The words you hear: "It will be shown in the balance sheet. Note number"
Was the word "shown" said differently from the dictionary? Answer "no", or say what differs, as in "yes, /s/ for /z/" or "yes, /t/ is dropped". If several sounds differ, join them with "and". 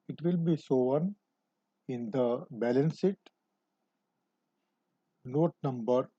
yes, /s/ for /ʃ/